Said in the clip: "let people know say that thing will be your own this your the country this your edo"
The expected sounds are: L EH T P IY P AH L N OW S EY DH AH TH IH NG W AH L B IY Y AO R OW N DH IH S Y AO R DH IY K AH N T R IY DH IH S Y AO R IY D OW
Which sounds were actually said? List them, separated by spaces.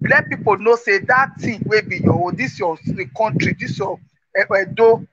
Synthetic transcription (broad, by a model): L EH P IY P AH N OW S EY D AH T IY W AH B IY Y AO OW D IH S Y AO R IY K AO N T R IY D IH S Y AO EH D OW